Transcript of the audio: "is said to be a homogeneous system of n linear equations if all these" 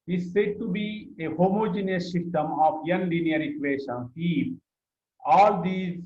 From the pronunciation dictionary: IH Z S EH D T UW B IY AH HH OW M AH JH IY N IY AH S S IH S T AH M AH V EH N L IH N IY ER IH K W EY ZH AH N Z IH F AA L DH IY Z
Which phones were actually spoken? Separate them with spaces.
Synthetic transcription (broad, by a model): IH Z S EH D T UW B IY AH HH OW M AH JH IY N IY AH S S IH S T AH M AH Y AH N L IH N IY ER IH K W EY SH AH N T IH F AA L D IY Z